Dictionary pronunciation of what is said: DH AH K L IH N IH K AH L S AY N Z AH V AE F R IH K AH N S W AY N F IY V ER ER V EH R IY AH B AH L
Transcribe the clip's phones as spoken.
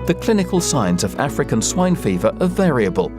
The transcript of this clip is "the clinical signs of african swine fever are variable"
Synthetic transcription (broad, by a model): DH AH K L IH N IH K AH L S AY N Z AH V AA F R IH K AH N S W AY N F IY V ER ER V EH R IY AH B AH L